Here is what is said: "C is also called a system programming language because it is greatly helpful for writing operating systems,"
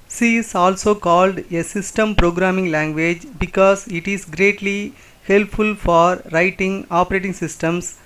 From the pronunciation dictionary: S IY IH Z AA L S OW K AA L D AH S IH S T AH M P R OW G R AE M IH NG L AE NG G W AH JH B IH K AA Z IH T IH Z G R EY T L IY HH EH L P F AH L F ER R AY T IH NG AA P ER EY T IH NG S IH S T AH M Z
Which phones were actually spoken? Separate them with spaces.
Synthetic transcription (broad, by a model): S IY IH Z AA L S OW K AA L D AH S IH S T AH M P R OW G R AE M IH NG L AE NG G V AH JH B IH K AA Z IH T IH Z G R EY T L IY HH EH L P F AH L F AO R AY T IH NG AA P ER EY T IH NG S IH S T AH M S